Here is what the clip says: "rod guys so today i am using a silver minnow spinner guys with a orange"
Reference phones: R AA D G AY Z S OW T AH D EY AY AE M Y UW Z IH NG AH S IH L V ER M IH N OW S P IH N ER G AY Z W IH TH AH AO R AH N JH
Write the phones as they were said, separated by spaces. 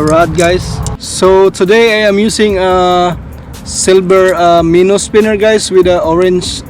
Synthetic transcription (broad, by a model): R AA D G AY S S OW T AH D EY AY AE M Y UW S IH NG AH S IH L B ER M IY N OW S P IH N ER G AY S W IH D AH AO R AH N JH